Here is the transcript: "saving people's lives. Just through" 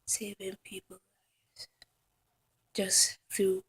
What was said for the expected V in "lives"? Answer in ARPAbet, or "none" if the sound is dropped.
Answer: none